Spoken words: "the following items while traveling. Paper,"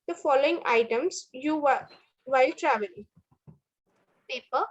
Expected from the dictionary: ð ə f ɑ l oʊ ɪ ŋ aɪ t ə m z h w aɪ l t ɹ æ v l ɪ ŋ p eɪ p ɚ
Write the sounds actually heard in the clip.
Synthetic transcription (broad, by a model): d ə f ɑ l oʊ ɪ ŋ aɪ t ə m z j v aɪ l t ɹ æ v ɪ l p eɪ p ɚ